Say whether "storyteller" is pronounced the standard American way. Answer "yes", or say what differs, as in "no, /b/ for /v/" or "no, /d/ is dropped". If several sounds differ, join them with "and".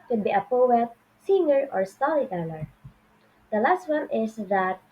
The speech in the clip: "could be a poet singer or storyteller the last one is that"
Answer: no, /l/ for /ɹ/